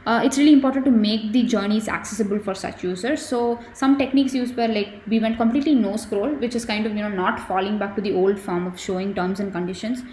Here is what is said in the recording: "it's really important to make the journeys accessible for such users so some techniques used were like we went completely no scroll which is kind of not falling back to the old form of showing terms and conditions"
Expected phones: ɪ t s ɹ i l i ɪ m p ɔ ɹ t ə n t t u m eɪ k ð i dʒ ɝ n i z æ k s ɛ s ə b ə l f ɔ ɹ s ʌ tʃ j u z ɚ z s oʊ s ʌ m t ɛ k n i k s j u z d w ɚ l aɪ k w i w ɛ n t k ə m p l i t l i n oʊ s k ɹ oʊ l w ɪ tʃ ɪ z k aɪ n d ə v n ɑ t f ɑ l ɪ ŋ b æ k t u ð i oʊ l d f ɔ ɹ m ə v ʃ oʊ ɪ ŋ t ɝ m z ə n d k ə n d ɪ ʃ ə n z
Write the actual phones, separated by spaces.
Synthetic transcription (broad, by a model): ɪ t s ɹ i l i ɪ m p ɔ ɹ t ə n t t u m eɪ k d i dʒ ɝ n i z æ k s ɛ s ə b ə l f ɔ ɹ s ʌ tʃ j u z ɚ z s oʊ s ʌ m t ɛ k n i k s j u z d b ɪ l aɪ k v i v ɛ n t k ə m p l i t l i n oʊ s k ɹ oʊ l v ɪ tʃ ɪ z k aɪ n d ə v n ɑ t f ɑ l ɪ ŋ b æ k t u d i oʊ l d f ɔ ɹ m ə v ʃ oʊ ɪ ŋ t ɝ m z ə n d k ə n d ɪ ʃ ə n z